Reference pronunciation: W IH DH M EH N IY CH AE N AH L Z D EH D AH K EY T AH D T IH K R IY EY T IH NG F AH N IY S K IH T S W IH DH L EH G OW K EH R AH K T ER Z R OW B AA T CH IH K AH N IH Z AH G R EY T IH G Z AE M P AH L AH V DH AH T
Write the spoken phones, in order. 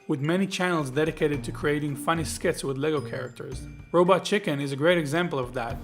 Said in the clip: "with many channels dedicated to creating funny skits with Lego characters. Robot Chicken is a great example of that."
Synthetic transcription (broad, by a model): W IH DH M EH N IY CH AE N L Z D EH D AH K EY T AH D T IH K R IY EY T IH NG F AH N IY S K IH T S W IH DH L EH G OW K EH R AH K T ER Z R OW B AA T CH IH K AH N IH Z AH G R EY T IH G Z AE M P L AH V DH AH T